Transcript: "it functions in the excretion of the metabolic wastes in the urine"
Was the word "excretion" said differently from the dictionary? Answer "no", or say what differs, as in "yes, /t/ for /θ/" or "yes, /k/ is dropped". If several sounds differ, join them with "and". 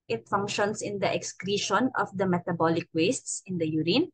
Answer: no